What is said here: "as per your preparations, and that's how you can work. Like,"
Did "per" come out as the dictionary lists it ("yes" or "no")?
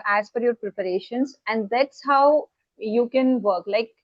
no